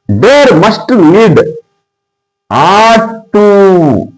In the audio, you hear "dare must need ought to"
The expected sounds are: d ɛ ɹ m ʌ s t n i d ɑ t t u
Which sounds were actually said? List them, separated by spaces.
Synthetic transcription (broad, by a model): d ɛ ɹ m ʌ s t l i d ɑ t t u